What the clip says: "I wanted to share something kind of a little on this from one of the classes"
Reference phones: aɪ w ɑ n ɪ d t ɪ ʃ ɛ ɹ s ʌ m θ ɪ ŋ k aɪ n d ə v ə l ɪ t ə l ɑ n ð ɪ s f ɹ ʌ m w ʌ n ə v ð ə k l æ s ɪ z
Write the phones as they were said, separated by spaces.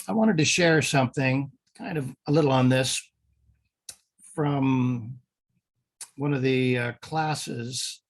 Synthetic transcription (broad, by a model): aɪ w ɑ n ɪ d t ɪ ʃ ɛ ɹ s ʌ m θ ɪ ŋ k aɪ n d ə v ə l ɪ t l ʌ n ð ɪ s f ɹ ʌ m w ʌ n ə v ð ə k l æ s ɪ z